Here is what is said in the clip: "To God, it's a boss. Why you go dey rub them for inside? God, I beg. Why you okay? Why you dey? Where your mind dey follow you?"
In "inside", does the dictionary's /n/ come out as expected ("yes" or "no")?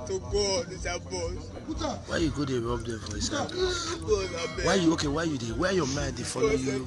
no